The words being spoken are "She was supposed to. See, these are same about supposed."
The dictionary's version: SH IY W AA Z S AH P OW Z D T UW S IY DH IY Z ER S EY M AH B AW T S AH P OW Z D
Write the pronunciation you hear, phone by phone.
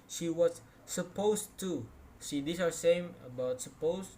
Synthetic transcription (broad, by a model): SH IY W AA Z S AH P OW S T UW SH IY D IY S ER S EY M AH B AW T S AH P OW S